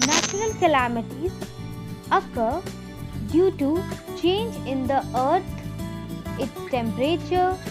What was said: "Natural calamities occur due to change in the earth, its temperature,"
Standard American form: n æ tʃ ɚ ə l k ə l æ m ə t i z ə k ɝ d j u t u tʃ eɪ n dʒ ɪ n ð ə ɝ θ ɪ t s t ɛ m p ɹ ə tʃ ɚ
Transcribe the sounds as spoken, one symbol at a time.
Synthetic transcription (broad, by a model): n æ tʃ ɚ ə l k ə l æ m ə t i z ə k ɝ d j u t u tʃ eɪ n dʒ ɪ n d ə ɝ t ɪ t s t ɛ m p ɹ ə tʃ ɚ